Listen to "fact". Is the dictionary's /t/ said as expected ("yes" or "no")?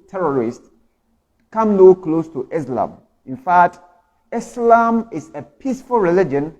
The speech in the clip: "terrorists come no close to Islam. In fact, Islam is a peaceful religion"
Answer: yes